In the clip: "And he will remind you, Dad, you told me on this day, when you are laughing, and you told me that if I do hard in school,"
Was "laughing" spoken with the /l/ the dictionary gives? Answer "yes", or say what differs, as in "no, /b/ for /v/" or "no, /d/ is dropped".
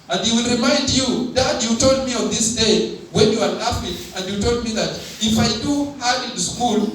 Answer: no, /n/ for /l/